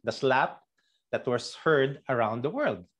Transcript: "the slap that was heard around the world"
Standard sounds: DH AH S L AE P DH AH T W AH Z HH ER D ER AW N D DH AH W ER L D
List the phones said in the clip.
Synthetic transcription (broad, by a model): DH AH S L AE P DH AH T W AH S HH ER D ER AW N D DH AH W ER L D